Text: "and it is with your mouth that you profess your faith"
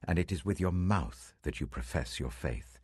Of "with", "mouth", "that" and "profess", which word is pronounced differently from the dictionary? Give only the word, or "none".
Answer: none